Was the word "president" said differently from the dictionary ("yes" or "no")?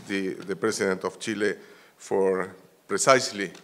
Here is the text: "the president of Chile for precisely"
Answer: yes